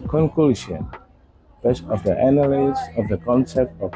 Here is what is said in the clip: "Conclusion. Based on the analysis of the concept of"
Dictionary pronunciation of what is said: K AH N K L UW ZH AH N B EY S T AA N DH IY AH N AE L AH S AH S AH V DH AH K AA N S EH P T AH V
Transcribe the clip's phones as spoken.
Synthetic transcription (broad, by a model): K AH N K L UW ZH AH N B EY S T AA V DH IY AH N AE N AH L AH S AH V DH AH K AA N S EH P T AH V